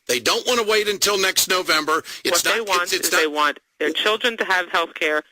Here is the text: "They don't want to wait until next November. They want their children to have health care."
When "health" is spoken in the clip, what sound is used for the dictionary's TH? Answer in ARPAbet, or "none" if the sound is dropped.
TH